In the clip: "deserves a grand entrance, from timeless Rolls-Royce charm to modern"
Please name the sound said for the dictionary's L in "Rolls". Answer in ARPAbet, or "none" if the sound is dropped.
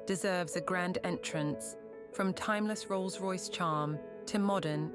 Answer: L